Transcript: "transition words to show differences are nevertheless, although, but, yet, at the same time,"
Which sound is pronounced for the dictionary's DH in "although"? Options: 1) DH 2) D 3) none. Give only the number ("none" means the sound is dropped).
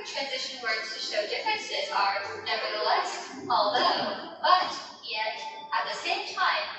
1